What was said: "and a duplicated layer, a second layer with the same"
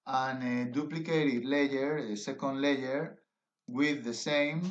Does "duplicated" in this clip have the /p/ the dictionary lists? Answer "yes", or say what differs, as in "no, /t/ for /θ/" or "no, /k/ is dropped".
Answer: yes